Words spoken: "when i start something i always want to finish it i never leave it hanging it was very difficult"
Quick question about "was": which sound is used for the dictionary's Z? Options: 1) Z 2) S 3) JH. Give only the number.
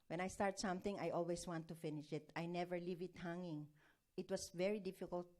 2